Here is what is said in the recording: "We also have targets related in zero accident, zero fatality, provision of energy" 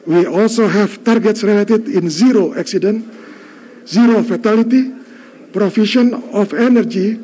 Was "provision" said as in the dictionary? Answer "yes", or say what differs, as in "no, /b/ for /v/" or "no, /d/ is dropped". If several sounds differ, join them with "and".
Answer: no, /f/ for /v/ and /ʃ/ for /ʒ/